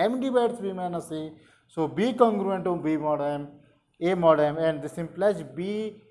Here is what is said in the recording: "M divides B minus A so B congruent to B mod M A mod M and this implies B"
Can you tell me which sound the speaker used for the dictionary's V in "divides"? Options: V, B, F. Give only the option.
B